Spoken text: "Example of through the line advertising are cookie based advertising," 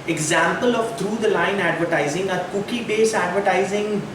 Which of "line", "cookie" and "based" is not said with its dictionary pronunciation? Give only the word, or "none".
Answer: based